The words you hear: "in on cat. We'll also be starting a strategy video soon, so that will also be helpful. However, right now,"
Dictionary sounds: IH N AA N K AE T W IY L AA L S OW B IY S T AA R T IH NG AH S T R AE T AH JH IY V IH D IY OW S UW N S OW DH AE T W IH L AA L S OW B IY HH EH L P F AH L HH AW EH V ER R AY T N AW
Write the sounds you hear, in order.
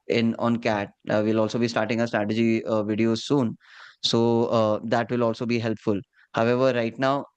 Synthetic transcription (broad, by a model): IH N AA N K AE T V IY L AA L S OW B IY S T AA R T IH NG AH S T R AE T AH JH IY V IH D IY OW S UW N S OW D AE T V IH L AA L S OW B IY HH EH L P F AH L HH AW EH V ER R AY T N AW